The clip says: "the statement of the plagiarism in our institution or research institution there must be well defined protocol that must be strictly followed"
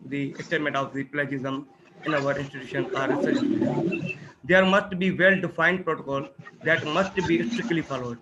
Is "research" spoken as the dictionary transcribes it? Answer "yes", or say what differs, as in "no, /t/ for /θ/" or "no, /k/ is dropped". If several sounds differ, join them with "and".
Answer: no, /tʃ/ is dropped